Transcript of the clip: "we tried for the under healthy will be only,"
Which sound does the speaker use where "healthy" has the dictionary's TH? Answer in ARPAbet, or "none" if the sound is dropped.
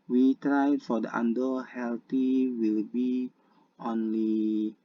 T